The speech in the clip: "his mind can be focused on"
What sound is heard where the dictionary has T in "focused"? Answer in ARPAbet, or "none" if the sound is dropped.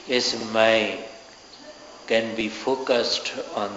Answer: T